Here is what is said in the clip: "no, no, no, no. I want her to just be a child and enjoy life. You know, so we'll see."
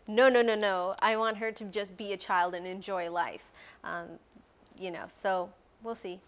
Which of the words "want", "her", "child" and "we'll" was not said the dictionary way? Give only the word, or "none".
none